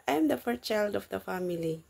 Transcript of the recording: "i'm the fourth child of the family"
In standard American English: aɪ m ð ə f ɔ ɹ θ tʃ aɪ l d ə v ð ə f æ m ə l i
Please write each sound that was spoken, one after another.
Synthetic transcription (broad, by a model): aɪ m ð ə f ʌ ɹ s tʃ aɪ l d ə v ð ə f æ m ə l i